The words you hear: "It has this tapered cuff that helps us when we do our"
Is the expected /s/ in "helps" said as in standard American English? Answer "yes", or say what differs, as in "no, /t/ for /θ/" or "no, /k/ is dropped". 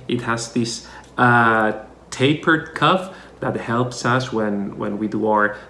yes